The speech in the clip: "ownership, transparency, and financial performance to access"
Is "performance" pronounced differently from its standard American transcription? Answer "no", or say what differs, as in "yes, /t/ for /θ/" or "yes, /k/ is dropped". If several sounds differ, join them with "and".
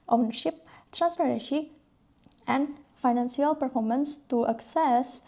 no